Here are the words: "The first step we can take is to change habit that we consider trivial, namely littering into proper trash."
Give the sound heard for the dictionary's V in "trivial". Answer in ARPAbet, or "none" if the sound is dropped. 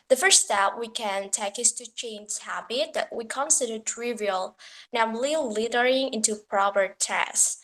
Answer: V